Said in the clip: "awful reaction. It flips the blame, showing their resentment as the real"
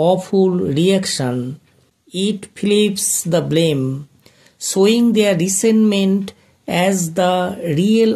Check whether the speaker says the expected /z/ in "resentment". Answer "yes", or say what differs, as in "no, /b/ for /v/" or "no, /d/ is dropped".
no, /s/ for /z/